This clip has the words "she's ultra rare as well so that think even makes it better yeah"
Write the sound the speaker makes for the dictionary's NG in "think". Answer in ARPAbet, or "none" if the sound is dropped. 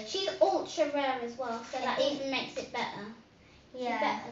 none